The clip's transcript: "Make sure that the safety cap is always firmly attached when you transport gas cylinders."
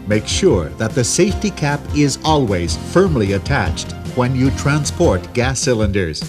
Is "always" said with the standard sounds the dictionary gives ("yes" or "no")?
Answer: yes